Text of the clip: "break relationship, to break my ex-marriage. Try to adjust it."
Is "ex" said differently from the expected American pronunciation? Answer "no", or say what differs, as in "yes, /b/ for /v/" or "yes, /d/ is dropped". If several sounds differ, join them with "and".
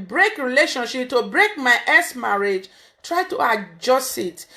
yes, /k/ is dropped